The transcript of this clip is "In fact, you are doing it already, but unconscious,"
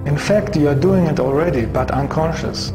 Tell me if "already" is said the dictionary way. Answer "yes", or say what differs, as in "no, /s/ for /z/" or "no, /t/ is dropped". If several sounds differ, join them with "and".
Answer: yes